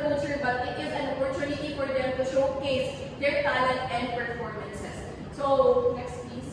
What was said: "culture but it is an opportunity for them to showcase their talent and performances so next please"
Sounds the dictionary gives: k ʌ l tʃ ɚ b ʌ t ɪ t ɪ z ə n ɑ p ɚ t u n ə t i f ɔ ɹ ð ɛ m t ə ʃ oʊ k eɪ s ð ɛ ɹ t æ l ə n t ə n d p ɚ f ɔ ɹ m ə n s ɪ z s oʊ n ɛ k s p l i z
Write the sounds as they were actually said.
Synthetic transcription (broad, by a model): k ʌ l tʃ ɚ b ʌ t ɪ t ɪ z ə n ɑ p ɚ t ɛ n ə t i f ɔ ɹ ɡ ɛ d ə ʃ oʊ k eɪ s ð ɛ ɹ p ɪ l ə t ə n d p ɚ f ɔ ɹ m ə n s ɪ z s oʊ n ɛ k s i